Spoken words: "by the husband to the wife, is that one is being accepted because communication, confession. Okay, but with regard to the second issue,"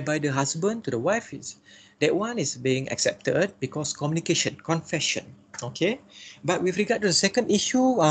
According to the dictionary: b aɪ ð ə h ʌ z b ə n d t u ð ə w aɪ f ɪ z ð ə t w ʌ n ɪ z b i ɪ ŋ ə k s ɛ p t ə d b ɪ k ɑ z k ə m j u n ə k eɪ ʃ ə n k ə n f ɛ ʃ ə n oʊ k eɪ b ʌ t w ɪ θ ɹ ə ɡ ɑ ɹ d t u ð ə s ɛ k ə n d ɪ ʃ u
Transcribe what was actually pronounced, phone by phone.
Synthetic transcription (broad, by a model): b aɪ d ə h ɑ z b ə n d t u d ə w aɪ f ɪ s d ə t w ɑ n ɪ s b i ɪ ŋ ə k s ɛ p t ə d b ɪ k ɑ s k ə m j u n ə k eɪ ʃ ə n k ə n f ɛ ʃ ə n oʊ k eɪ b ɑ t w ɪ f ɹ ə ɡ ɑ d t u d ə s ɛ k ə n d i ʃ u